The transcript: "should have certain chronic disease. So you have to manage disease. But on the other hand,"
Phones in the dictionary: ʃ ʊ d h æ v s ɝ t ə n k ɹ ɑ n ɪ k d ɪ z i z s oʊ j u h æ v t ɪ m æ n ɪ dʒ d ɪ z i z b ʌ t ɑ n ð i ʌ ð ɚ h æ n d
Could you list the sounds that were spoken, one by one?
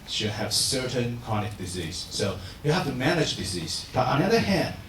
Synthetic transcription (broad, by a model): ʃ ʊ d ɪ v s ɝ t ə n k ɑ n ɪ k d ɪ z i z s oʊ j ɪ h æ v t ɪ m æ n ɪ dʒ d ɪ z i z b ʌ t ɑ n ð i ʌ ð ɚ h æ n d